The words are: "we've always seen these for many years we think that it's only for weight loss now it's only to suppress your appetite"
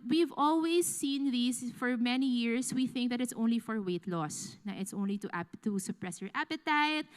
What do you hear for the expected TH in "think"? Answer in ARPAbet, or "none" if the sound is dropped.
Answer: TH